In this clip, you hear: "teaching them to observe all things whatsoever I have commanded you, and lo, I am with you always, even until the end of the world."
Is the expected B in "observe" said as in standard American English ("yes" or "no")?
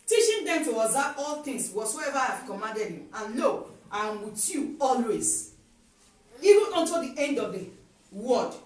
no